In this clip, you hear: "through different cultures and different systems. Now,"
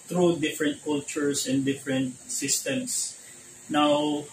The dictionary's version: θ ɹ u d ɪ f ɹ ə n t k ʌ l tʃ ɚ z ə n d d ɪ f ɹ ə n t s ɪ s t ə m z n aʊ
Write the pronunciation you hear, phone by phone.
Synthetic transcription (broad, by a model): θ ɹ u d ɪ f ɹ ə n t k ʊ l tʃ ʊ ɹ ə n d d ɪ f ɹ ə n t s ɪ s t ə m s n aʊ